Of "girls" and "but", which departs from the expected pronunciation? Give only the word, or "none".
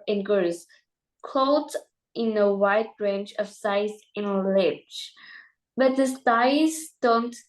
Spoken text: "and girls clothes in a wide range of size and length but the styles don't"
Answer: girls